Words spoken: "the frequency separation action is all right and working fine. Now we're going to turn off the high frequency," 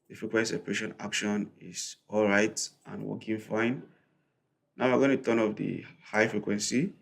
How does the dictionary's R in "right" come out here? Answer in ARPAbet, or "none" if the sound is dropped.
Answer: R